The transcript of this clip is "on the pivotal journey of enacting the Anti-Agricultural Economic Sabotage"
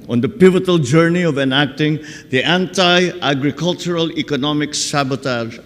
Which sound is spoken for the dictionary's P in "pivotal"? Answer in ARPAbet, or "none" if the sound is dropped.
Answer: P